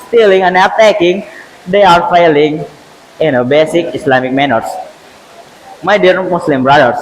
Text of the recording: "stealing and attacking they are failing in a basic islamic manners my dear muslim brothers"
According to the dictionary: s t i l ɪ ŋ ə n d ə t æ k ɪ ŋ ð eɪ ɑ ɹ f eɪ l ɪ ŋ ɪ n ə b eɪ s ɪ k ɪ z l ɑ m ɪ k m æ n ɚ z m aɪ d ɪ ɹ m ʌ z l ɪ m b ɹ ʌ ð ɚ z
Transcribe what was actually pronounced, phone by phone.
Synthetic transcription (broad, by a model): s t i l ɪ ŋ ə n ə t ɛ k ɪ ŋ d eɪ ɑ ɹ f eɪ l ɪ ŋ ɪ n ə b eɪ s ɪ k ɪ s l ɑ m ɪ k m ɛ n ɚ s m aɪ d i ɹ m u s l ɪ m b ɹ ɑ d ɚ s